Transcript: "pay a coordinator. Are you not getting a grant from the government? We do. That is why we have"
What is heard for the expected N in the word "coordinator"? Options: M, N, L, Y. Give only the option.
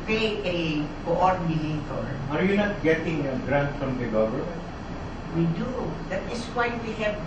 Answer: L